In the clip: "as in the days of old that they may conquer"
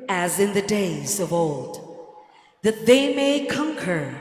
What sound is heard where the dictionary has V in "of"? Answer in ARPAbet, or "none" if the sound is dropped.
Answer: V